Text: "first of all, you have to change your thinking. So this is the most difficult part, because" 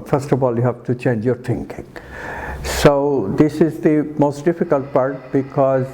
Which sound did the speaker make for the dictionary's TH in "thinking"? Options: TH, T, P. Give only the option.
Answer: T